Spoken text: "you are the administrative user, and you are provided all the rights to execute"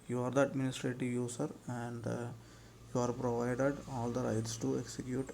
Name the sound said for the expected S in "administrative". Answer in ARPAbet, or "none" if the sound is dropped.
S